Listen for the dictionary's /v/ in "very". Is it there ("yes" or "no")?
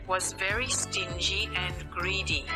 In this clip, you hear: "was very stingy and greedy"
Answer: yes